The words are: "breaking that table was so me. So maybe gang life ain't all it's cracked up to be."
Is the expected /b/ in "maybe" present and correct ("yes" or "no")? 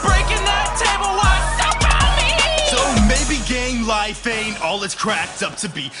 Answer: yes